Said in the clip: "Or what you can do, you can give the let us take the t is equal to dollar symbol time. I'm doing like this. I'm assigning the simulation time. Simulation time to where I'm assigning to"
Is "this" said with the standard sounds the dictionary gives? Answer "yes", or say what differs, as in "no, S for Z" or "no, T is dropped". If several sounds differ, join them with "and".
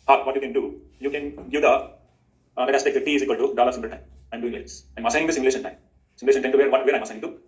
no, S is dropped